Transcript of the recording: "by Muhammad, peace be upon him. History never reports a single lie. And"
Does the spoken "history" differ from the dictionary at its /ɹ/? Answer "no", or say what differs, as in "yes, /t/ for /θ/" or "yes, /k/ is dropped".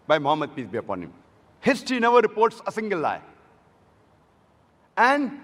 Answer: yes, /ɹ/ is dropped